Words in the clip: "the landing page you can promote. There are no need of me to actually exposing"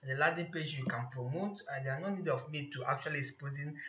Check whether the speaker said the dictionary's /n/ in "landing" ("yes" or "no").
no